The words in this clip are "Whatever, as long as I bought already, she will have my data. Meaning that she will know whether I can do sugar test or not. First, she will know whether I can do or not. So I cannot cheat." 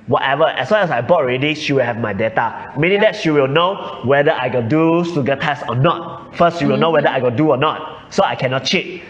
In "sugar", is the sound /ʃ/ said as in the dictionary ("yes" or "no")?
no